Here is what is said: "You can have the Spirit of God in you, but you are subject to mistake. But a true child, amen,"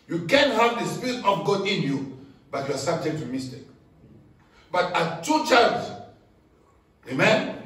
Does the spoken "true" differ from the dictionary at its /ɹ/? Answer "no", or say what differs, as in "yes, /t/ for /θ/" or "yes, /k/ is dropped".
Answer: yes, /ɹ/ is dropped